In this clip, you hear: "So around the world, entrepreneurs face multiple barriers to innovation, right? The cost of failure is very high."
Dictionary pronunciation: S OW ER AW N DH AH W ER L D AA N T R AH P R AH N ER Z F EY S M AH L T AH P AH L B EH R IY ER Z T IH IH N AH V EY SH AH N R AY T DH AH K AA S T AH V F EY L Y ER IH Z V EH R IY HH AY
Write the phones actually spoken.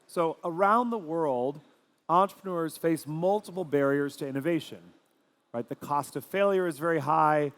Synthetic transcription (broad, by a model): S OW ER AW N DH AH W ER L D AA N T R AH P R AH N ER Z F EY S M AH L T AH P L B EH R IY ER Z T IH IH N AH V EY SH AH N R AY T DH AH K AA S T AH V F EY L Y ER IH Z V EH R IY HH AY